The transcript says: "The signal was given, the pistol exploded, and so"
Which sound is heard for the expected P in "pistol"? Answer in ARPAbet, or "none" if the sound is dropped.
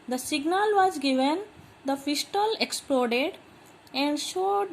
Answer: F